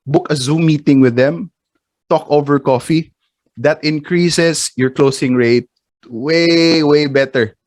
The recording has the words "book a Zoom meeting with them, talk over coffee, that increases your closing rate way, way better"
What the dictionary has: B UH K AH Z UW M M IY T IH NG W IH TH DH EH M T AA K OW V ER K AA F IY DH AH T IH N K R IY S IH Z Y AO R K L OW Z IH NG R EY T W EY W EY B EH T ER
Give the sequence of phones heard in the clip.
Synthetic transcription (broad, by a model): B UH K AH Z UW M M IY T IH NG W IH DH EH M T AA K OW V ER K AA F IY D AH T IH N K R IY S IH S Y AO R K L OW S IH NG R EY T W EY W EY B EH T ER